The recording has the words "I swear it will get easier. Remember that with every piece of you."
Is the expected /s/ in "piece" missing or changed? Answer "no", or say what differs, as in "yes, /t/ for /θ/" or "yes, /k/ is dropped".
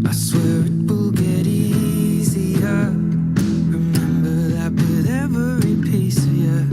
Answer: yes, /s/ is dropped